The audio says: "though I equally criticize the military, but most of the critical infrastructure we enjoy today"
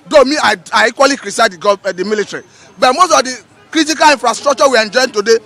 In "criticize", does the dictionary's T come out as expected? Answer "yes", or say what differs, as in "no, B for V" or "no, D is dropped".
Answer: no, S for T